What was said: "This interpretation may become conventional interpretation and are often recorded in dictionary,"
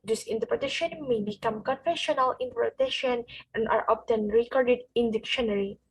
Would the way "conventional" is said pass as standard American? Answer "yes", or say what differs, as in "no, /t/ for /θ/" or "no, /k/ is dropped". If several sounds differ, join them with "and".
no, /f/ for /v/ and /n/ is dropped